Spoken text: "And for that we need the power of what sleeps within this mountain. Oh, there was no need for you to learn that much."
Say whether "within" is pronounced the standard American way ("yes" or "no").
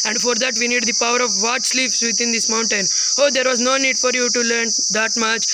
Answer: no